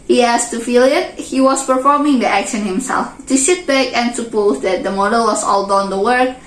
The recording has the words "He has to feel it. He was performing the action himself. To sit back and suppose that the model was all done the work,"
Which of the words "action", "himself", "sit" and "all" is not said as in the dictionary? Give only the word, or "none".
sit